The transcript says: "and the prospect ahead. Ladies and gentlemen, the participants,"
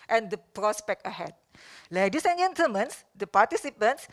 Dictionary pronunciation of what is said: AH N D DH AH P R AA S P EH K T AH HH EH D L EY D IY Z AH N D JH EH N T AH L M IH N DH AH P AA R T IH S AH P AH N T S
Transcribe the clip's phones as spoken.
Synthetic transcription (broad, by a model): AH N D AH P R AA S P EH K T AH HH EH D L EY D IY S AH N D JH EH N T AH M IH N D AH P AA T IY S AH P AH N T S